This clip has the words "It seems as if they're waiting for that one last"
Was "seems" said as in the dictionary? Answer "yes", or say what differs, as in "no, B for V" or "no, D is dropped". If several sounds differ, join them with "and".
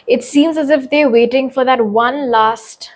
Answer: yes